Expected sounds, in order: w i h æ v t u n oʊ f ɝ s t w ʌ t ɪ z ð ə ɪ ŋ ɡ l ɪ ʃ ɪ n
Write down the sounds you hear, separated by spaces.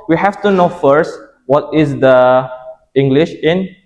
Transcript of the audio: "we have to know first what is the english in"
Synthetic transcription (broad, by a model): w i h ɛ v t u n oʊ f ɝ s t w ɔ t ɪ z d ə ɪ ŋ ɡ l ɪ ʃ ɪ n